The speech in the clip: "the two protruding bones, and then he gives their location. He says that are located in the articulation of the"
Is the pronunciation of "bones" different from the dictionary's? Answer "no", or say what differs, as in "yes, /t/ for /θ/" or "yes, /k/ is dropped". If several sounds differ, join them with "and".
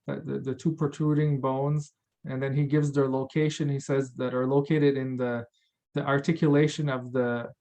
no